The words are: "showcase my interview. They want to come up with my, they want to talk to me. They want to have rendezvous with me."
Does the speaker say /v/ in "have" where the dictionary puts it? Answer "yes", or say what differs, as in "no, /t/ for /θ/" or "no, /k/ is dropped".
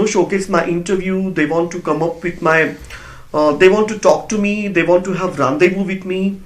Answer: yes